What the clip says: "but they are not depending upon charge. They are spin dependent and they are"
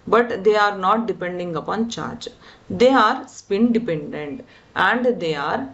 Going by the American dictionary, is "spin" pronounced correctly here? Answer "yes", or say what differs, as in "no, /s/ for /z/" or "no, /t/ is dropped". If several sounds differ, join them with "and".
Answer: yes